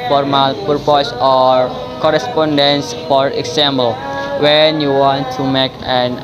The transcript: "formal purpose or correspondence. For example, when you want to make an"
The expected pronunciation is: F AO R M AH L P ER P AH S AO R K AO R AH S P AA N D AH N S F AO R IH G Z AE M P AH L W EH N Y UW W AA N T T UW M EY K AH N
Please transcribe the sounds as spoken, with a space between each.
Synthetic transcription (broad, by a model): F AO R M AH L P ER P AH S AO R K AO R AH S P AA N D AH N S F AO R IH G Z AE M B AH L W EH N Y UW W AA N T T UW M EY K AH N